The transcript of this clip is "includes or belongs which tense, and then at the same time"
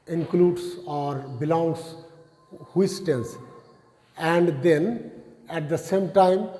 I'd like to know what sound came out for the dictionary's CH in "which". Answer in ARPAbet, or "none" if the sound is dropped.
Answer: S